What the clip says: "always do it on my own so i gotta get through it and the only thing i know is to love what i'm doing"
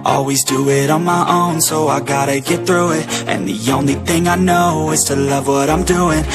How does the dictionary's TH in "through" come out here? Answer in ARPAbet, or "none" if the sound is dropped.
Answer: TH